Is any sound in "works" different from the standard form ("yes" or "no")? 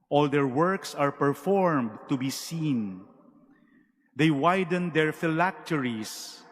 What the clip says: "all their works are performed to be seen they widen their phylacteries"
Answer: no